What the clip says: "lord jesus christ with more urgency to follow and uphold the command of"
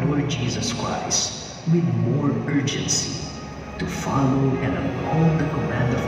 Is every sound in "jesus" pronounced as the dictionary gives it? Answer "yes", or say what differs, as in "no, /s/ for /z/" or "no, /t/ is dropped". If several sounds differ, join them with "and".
yes